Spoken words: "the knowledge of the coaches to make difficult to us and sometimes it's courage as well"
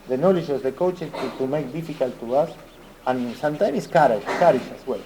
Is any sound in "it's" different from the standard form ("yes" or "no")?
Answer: yes